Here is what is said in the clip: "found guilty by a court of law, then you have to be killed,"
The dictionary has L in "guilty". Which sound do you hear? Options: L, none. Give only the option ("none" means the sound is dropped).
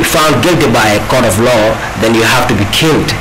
L